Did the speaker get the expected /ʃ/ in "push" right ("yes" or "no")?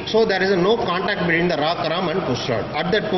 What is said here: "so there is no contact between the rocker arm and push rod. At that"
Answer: no